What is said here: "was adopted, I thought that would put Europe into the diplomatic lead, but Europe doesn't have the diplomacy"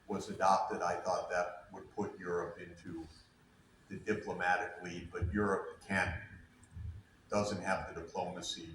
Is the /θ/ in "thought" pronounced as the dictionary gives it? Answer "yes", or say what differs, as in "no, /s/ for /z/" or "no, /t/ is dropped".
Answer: yes